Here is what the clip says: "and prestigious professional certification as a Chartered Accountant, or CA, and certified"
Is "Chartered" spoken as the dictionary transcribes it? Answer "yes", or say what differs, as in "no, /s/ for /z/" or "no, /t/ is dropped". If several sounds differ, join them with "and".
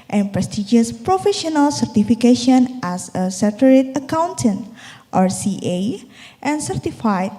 no, /s/ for /tʃ/